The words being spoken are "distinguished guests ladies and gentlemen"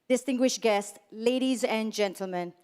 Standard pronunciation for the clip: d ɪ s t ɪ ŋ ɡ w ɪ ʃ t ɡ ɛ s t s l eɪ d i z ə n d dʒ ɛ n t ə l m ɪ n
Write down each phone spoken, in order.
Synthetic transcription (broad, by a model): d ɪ s t ɪ ŋ ɡ w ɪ ʃ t ɡ ɛ s t s l eɪ d i z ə n dʒ ɛ n t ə l m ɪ n